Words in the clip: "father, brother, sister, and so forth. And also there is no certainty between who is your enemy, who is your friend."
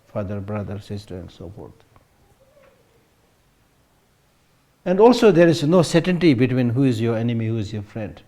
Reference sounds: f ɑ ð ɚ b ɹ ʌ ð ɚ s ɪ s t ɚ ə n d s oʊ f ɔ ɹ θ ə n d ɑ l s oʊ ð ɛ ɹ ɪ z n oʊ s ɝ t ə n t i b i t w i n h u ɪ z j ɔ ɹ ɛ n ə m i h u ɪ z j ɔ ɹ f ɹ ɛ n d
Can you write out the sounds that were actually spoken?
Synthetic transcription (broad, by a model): f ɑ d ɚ b ɹ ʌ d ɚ s ɪ s t ɚ ə n d s oʊ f ɔ ɹ t ə n d ɑ l s oʊ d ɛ ɹ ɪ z n oʊ s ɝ t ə n t i b i t w i n h u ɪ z j ɔ ɹ ɛ n ə m i h u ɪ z j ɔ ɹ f ɹ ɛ n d